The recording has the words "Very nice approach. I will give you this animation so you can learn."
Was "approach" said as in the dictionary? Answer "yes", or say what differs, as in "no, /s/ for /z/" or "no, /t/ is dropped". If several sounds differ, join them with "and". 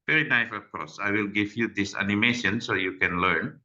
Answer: no, /s/ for /tʃ/